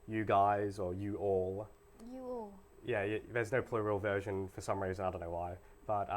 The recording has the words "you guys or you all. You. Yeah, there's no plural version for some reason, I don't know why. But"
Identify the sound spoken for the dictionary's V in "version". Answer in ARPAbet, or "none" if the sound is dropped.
V